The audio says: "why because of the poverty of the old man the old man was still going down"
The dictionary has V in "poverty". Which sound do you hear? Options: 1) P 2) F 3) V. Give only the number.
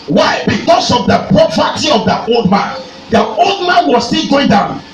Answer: 1